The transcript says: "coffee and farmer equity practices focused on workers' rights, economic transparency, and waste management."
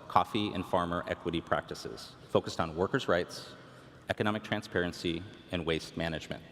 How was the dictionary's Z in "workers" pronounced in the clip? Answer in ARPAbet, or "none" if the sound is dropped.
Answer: Z